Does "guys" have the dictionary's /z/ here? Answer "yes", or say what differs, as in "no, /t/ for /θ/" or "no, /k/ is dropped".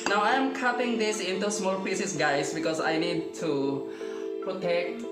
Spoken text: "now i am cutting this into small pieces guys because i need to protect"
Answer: no, /s/ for /z/